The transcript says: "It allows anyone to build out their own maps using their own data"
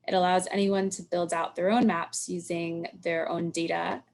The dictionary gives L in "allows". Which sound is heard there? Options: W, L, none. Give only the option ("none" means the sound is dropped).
L